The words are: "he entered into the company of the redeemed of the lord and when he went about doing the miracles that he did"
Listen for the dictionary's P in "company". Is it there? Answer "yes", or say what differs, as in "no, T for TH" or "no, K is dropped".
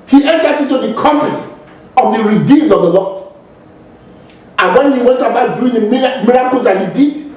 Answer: no, P is dropped